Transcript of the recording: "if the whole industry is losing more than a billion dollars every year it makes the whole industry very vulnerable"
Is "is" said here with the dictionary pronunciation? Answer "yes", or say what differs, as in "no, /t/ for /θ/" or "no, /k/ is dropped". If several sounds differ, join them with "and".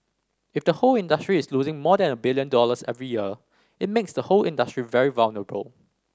no, /s/ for /z/